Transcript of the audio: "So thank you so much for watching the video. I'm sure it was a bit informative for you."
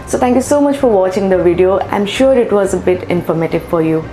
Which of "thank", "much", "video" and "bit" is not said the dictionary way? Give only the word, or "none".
thank